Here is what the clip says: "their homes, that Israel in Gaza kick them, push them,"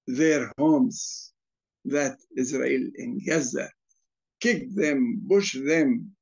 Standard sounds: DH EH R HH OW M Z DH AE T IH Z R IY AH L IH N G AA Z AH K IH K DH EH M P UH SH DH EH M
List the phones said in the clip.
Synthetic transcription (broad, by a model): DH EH R HH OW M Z DH AE T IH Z R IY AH L IH N G AA Z AH K IH K DH EH M B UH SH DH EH M